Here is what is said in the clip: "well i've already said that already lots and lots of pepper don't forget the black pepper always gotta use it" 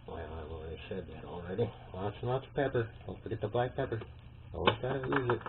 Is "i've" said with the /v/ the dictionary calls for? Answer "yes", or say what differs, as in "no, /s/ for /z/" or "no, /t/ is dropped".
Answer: no, /w/ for /v/